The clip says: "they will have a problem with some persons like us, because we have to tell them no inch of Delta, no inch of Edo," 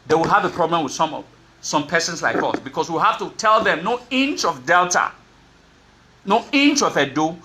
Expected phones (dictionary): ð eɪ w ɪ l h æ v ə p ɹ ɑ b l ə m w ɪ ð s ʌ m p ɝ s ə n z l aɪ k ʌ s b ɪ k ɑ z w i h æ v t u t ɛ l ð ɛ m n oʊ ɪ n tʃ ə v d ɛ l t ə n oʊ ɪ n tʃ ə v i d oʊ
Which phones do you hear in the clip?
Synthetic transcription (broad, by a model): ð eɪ w ɪ l h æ v ə p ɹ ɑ b l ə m w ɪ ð s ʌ m p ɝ s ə n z l aɪ k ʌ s b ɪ k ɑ s w i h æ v t u t ɛ l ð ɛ m n oʊ ɪ n tʃ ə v d ɛ l t ə n oʊ ɪ n tʃ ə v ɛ d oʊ